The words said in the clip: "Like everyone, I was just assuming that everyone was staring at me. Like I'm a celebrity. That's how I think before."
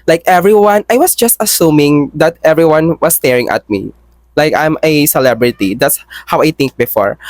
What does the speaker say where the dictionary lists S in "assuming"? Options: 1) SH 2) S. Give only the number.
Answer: 2